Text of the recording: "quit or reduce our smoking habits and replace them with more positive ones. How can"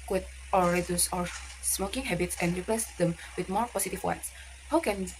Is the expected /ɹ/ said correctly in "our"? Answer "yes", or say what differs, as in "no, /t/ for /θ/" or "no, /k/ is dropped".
yes